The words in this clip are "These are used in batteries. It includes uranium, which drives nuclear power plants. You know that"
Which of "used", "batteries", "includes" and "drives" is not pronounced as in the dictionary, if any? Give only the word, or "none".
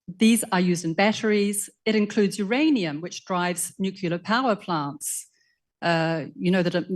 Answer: none